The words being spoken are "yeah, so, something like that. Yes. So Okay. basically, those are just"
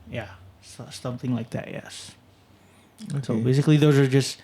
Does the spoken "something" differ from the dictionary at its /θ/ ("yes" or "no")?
no